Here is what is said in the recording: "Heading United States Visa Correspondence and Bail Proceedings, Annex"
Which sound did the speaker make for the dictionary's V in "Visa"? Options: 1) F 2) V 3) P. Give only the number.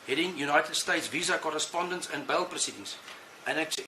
2